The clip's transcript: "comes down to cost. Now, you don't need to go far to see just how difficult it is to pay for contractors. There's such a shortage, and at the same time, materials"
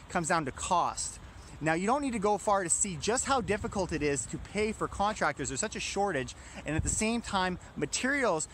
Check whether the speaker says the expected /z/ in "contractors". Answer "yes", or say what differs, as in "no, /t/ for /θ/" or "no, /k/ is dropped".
yes